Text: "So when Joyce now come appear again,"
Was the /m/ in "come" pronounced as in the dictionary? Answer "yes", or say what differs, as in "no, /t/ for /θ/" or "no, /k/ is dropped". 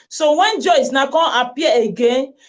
no, /m/ is dropped